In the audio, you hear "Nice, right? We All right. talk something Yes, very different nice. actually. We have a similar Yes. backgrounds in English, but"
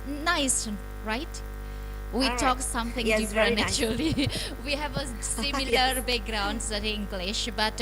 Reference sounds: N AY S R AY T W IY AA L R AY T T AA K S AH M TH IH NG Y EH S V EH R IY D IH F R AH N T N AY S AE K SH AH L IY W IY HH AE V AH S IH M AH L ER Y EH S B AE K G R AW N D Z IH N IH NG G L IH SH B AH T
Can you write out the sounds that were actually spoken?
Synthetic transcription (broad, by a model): N AY S R AY T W IY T T AA K S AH M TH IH NG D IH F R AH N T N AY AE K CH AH L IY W IY HH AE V AH S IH M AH L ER B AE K G R AW N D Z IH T IH NG G L IH SH B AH T